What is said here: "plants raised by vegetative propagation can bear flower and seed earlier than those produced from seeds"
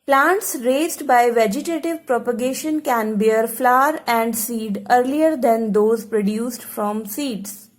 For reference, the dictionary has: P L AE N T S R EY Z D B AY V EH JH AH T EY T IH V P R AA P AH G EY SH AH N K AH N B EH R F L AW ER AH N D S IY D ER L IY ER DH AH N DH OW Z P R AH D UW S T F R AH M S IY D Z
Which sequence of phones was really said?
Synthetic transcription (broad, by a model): P L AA N T S R EY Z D B AY V EH JH AH T EY T IH V P R AA P AH G EY SH AH N K AH N B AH R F L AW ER AH N D S IY D ER L IY ER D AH N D OW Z P R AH D UW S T F R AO M S IY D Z